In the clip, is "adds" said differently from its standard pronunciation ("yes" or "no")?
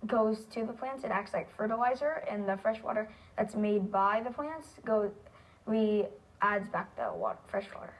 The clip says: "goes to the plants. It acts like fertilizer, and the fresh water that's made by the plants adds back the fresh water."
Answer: no